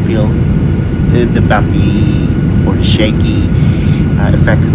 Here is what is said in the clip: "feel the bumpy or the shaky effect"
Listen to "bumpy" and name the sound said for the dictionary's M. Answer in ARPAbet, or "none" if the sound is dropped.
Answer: none